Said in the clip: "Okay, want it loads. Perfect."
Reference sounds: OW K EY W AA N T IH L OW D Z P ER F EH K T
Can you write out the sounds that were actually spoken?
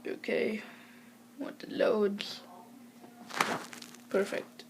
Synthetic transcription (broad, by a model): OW K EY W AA T IH L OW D P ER F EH K T